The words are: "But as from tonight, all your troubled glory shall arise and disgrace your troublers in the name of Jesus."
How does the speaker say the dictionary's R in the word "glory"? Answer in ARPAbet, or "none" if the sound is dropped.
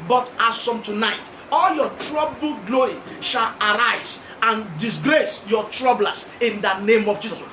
none